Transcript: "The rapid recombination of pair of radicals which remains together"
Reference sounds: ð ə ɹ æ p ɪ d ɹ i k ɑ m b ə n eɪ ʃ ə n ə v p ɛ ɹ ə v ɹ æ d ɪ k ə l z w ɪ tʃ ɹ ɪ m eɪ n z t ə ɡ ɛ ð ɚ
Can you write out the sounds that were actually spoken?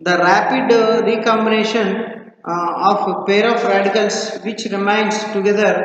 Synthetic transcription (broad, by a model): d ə ɹ æ p ɪ d ɹ i k ɑ m b ə n eɪ ʃ ə n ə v p ɛ ɹ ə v ɹ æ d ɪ k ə l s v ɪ tʃ ɹ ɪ m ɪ n s t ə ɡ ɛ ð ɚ